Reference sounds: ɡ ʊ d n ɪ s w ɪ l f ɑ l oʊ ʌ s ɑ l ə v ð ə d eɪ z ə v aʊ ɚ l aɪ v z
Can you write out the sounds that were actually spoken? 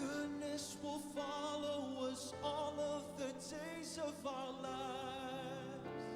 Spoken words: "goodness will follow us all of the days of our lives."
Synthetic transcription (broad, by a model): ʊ d n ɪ s w ɪ l f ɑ l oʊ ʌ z ɑ l ə v ð ə d eɪ z ə v aʊ ɚ l aɪ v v